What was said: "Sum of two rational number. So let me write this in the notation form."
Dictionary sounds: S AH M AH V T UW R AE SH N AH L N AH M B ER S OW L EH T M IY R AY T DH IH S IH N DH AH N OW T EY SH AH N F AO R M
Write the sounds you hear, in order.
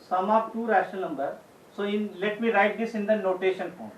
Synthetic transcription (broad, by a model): S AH M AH P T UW R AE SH AH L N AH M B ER S OW L EH T M IY R AY T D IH S IH N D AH N OW T EY SH AH N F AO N